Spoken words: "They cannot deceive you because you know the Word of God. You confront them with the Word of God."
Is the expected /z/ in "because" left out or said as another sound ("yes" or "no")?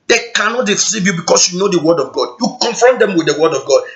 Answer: yes